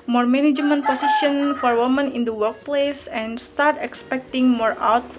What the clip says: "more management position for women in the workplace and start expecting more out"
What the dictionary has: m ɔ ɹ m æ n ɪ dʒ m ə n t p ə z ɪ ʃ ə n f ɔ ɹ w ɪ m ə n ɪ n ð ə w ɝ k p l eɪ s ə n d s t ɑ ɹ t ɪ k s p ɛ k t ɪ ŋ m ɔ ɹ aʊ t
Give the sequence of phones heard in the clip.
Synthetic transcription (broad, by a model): m ɔ ɹ m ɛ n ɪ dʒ m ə n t p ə s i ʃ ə n f ɔ ɹ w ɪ m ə n ɪ n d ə w ɝ k p l eɪ s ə n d s t ɑ ɹ t ɪ k s p ɛ k t ɪ ŋ m ɔ ɹ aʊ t